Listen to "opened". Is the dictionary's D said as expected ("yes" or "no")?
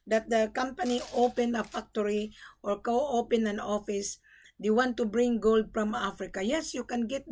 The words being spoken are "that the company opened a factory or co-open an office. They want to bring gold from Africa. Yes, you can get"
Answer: no